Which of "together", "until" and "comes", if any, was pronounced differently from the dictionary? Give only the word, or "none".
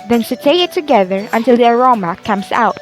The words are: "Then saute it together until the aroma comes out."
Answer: comes